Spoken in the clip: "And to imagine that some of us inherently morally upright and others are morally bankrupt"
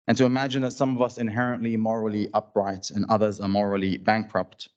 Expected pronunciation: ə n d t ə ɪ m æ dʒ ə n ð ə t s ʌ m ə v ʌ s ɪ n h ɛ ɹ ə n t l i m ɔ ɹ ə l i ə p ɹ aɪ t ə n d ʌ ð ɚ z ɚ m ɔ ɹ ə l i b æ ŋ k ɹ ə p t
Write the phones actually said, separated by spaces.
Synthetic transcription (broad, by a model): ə n t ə ɪ m æ dʒ ə n ð ə t s ʌ m ə v ʌ s ɪ n h ɛ ɹ ə n t l i m ɔ ɹ l i ə p ɹ aɪ t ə n ʌ ð ɚ z ɚ m ɔ ɹ l i b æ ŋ k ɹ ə p t